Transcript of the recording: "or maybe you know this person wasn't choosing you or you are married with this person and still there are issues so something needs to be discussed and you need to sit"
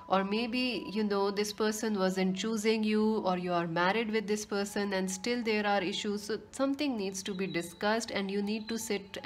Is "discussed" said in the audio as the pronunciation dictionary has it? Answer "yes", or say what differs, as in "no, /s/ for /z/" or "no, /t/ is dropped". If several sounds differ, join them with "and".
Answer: yes